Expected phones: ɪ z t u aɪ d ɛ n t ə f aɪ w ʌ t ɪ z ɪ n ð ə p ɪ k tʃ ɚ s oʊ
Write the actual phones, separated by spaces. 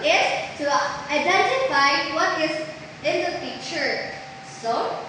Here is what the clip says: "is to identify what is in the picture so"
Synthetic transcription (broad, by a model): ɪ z t u aɪ d ɛ n t ə f aɪ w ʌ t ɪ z ɪ n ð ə f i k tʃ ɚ s oʊ